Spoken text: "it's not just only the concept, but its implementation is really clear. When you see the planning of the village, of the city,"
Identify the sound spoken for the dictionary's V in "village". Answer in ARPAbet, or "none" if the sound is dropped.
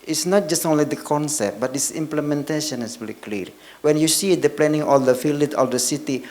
F